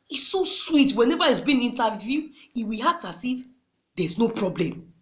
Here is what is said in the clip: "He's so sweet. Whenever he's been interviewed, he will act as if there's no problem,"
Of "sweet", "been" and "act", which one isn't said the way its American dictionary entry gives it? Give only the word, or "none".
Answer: act